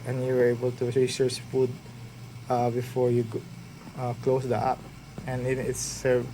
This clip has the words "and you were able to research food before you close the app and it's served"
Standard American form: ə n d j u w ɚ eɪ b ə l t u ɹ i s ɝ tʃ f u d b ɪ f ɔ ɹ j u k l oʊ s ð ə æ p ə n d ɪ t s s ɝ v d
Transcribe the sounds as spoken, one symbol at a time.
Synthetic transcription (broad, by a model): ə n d j u w ɚ eɪ b ə l t u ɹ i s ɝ s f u d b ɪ f ɔ ɹ j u k l oʊ s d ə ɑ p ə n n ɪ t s s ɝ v